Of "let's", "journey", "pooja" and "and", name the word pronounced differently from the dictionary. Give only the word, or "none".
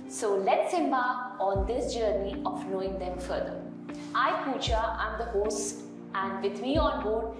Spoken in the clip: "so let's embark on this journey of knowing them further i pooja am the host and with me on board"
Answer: pooja